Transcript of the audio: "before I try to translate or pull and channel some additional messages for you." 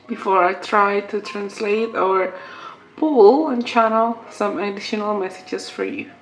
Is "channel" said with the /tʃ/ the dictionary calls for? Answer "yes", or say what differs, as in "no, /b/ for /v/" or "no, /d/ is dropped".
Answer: yes